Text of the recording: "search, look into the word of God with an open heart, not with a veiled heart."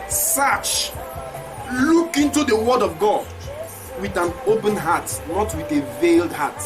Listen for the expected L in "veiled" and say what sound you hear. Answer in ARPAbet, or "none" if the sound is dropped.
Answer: L